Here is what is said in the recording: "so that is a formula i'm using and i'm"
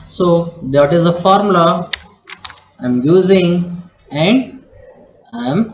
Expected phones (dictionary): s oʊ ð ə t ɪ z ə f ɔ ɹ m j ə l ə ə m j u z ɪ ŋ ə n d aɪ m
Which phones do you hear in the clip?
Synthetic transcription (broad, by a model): s oʊ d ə t ɪ z ə f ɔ ɹ m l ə ə ə m j u z ɪ ŋ ə n d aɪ m